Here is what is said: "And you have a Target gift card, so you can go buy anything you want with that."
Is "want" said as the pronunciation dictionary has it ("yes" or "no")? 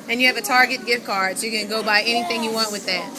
yes